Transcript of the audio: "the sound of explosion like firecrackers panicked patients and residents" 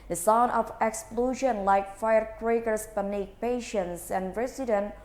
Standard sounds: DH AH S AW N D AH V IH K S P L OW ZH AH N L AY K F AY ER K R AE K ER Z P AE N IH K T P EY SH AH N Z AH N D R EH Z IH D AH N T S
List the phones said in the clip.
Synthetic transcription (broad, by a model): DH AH S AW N AH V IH K S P L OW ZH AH N L AY K F AY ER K R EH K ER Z P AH N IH K P EY SH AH N S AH N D R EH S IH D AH N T